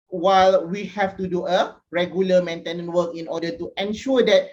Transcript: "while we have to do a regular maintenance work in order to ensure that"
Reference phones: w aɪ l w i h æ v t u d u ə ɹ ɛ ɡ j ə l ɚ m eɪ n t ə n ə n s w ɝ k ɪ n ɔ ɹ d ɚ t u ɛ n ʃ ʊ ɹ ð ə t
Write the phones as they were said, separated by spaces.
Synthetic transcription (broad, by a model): w aɪ l w i h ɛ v t u d u ə ɹ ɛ ɡ j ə l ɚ m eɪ n t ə n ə n w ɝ k ɪ n ɔ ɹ d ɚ t u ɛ n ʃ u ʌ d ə t